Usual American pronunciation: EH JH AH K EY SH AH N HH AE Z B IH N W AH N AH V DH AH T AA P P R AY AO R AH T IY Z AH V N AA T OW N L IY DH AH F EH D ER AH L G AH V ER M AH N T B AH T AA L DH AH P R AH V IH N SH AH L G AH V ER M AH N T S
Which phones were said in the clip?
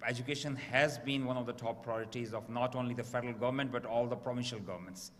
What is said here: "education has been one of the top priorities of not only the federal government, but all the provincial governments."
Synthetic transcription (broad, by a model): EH JH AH K EY SH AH N HH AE Z B IH N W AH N AH V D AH T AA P P R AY AO R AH T IY Z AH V N AA T OW N L IY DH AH F EH D ER AH L G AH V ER M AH N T B AH T AA L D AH P R AH V IH N SH AH L G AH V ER M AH N T S